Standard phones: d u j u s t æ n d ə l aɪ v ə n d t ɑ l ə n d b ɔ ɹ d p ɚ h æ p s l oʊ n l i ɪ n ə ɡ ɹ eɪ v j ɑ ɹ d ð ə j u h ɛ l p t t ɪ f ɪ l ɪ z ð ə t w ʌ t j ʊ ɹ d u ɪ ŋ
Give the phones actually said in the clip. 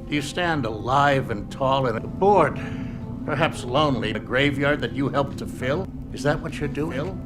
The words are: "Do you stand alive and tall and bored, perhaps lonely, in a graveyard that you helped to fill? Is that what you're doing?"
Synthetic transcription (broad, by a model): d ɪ j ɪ s t æ n d ə l aɪ v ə n t ɑ l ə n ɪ b ɔ ɹ d p ɚ h æ p s l oʊ n l i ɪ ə ɡ ɹ eɪ v j ɑ ɹ d ð ə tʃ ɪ h ɛ l p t t ɪ f ɪ l ɪ z ð ə t w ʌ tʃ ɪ ɹ d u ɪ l